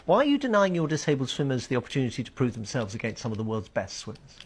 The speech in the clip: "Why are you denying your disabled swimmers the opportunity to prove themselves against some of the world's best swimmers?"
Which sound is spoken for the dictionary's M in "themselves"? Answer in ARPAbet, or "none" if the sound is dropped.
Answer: M